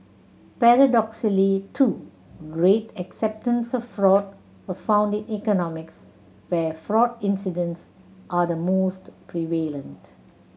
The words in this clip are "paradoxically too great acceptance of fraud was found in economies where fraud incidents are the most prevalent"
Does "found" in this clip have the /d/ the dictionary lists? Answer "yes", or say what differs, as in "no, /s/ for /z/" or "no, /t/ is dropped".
yes